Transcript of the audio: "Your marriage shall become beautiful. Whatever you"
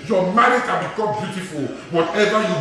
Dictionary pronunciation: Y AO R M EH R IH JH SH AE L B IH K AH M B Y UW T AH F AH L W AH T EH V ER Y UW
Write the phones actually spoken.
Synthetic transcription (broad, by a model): Y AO M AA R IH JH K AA N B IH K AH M B Y UW T AH F AH L W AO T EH V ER Y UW